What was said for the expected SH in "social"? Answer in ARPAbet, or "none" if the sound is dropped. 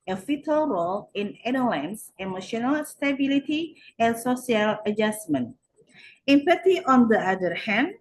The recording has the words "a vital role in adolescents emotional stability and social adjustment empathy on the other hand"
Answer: S